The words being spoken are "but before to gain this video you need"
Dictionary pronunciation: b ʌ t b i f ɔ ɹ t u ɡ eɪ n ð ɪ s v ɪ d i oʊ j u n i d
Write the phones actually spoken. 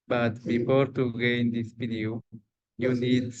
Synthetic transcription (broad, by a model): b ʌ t b i f ɔ ɹ t u ɡ eɪ n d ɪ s b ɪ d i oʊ j u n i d